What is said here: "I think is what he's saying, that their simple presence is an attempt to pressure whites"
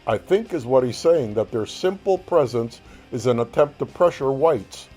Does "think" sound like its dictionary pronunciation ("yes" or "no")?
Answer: yes